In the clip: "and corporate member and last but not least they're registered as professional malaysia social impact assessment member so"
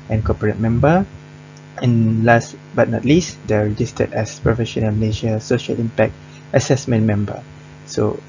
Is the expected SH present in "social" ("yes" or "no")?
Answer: yes